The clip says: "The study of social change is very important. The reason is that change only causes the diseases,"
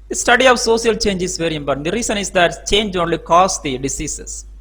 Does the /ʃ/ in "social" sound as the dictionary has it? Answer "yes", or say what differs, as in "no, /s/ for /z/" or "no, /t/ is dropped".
no, /s/ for /ʃ/